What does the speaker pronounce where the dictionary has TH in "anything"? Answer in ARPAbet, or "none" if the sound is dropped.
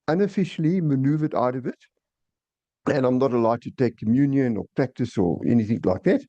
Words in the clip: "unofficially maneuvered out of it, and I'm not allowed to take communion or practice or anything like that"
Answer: TH